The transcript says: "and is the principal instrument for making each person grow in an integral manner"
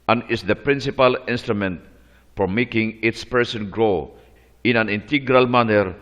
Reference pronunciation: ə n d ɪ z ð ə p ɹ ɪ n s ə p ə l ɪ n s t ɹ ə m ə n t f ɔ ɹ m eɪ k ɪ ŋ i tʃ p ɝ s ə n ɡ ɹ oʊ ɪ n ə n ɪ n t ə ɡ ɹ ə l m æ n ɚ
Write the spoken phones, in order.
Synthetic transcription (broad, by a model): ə n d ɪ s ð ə p ɹ ɪ n s ə p ə l ɪ n s t ɹ ə m ə n t f ɔ ɹ m eɪ k ɪ ŋ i s p ɝ s ə n ɡ ɹ oʊ ɪ n ə n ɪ n t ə ɡ ɹ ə l m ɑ n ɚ